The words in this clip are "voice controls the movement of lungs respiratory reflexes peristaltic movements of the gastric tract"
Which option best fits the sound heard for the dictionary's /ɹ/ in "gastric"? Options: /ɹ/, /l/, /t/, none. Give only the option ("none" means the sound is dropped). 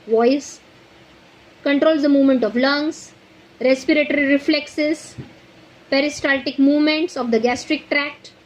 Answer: /ɹ/